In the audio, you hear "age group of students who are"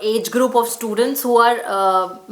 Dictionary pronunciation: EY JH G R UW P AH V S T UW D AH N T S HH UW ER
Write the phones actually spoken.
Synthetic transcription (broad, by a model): EY JH G R UW P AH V S T UW D AH N T S HH UW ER